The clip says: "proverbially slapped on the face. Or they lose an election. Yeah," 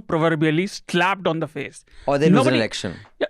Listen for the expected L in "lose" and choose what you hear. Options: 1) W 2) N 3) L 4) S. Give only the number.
2